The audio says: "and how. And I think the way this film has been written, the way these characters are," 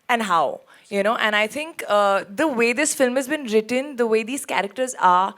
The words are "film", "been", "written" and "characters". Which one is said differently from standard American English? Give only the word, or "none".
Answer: none